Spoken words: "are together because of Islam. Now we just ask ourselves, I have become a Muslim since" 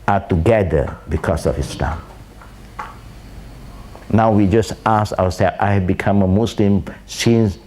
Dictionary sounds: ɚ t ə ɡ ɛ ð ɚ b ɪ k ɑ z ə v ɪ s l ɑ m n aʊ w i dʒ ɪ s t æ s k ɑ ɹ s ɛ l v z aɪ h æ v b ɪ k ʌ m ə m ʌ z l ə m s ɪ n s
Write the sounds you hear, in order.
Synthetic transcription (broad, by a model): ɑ t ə ɡ ɛ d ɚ b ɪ k ɑ s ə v ɪ s l ɑ m n aʊ w i dʒ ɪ s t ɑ s ɑ w s ɛ l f aɪ h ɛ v b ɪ k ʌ m ə m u s l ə m s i n s